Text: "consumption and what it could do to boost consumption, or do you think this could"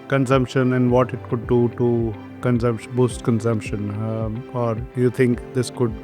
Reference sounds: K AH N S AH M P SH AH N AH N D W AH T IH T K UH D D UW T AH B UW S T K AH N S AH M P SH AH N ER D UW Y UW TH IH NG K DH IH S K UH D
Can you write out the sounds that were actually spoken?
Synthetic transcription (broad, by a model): K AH N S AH M P SH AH N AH N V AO T IH T K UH D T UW S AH B UW S T K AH N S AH M P SH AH N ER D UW Y UW T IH NG K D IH S K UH D